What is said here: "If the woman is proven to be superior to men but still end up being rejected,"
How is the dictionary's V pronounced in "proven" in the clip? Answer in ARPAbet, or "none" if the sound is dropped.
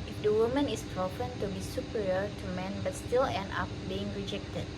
F